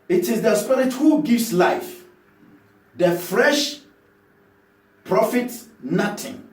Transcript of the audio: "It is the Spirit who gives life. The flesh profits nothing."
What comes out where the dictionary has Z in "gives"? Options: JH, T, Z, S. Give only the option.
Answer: S